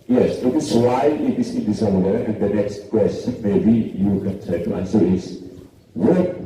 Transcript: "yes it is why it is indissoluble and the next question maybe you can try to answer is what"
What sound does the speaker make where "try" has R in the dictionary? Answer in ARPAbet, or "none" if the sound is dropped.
none